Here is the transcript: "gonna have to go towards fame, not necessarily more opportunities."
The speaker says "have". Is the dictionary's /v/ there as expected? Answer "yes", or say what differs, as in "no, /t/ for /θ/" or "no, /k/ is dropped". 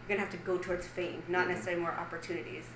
no, /f/ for /v/